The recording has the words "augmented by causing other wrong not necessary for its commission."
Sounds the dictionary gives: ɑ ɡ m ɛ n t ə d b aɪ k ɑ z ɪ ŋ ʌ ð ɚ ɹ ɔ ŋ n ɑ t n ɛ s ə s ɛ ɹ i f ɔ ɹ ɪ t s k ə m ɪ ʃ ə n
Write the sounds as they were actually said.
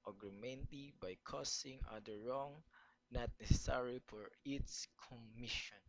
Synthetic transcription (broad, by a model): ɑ ɡ m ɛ n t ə b aɪ k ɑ s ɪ ŋ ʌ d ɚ ɹ ɔ ŋ n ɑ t n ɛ s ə s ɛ ɹ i f ɔ ɹ ɪ t s k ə m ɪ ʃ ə n